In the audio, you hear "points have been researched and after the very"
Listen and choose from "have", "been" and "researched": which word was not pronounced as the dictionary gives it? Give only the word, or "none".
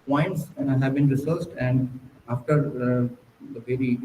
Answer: researched